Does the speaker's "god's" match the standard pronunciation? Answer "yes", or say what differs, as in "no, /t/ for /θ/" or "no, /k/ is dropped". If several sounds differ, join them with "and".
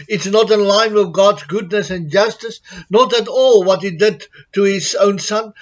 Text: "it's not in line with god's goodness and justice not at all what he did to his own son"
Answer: yes